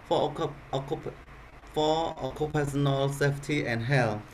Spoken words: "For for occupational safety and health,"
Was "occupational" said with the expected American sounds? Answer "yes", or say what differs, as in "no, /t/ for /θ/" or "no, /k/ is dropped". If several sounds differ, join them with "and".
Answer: no, /s/ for /ʃ/